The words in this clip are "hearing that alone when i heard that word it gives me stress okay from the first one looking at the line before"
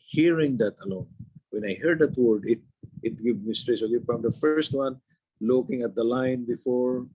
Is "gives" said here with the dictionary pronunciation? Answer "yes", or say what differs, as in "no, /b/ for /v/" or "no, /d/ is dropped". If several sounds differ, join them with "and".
no, /z/ is dropped